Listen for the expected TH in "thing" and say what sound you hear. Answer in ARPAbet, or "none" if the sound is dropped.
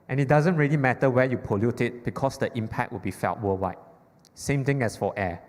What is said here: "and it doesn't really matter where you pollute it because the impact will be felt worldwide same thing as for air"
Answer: T